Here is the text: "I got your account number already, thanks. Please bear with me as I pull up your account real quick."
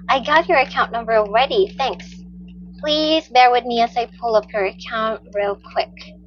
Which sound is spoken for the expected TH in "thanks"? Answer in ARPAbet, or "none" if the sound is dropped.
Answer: TH